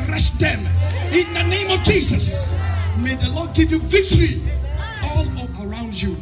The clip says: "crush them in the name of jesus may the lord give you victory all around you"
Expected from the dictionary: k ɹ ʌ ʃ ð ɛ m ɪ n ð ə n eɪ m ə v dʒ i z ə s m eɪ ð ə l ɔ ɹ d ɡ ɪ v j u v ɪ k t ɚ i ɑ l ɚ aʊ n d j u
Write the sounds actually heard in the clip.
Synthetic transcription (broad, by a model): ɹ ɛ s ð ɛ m ɪ n ð ə n eɪ m ə v dʒ i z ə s m eɪ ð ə l ɔ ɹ d ɡ ɪ v j u v ɪ k t ɚ i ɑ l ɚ aʊ n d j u